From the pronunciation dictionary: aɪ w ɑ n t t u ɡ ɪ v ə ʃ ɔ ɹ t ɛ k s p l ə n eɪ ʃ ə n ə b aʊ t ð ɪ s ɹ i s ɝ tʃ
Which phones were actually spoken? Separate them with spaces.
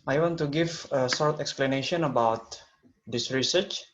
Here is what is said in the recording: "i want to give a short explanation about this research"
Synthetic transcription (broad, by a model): aɪ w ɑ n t t u ɡ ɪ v ə s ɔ ɹ t ɛ k s p l ə n eɪ ʃ ə n ə b aʊ t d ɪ s ɹ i s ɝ tʃ